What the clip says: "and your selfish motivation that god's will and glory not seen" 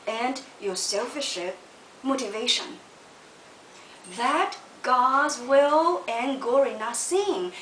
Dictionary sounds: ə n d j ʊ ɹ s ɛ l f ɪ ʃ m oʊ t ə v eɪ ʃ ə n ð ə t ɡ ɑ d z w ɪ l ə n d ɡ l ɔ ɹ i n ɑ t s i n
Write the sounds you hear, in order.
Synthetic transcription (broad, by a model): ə n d j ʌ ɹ s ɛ l f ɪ ʃ m oʊ t ə v eɪ ʃ ə n ð ə t ɡ ɑ d z w ɪ l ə n ɡ ɔ ɹ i n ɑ s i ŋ